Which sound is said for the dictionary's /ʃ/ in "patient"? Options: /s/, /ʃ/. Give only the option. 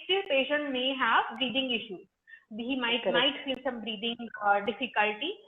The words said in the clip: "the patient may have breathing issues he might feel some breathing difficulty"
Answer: /ʃ/